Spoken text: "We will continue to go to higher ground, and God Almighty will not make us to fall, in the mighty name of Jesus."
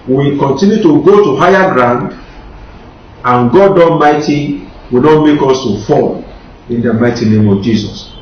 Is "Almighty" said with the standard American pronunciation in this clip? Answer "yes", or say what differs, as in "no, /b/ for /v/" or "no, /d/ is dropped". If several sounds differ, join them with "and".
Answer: no, /n/ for /l/